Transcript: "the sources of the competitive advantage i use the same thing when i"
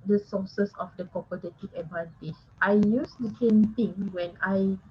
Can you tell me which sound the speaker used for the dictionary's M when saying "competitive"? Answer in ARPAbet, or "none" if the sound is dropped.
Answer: none